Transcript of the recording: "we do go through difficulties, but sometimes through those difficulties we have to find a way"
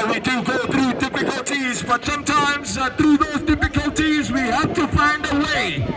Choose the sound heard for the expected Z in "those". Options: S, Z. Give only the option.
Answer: Z